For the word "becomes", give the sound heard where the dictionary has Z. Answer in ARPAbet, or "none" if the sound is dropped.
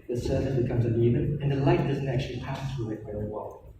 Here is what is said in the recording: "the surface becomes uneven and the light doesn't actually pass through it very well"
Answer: Z